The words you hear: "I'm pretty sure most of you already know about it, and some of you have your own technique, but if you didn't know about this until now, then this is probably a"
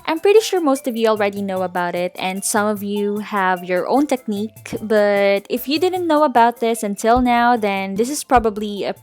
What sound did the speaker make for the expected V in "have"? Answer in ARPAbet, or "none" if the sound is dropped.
V